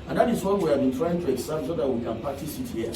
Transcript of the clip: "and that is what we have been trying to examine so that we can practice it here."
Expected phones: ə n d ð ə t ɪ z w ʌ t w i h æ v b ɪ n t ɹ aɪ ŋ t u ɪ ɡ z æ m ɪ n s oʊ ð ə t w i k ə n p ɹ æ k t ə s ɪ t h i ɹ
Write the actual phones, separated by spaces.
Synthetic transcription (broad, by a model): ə n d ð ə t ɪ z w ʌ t w i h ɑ v b ɪ n t ɹ aɪ ŋ t u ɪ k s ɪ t s oʊ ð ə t w i k ə n p ɑ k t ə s ɪ t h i